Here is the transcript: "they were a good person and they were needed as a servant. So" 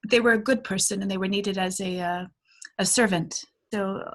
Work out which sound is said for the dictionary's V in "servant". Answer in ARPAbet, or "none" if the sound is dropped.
V